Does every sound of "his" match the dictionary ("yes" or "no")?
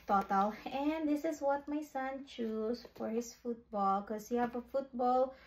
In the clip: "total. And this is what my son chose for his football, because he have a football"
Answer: no